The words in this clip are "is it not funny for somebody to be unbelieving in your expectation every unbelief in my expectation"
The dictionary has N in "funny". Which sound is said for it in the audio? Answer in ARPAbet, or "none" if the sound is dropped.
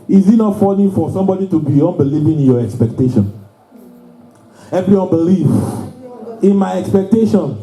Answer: L